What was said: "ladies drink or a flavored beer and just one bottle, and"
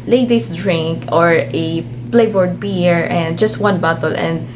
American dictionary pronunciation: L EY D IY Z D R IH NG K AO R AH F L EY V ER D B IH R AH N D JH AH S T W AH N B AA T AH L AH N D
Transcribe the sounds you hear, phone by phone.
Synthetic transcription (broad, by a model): L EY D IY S D R IH NG K AO R AH P L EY B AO D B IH R AH N D JH AH S T W AH N B AA T AH L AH N D